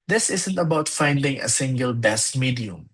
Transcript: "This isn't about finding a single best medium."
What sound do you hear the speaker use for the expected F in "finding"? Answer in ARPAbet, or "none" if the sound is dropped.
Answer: F